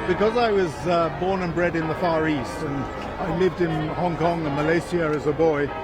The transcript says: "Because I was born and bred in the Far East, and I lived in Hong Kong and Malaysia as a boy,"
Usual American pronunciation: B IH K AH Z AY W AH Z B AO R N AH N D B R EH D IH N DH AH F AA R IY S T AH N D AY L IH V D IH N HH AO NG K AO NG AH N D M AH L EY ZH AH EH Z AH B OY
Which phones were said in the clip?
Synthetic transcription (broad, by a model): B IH K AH Z AY W AH Z B AO R N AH N B R EH D IH N DH AH F AA R IY S T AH N AY L IH V D IH N HH AO NG K AO NG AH M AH L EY S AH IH Z AH B OY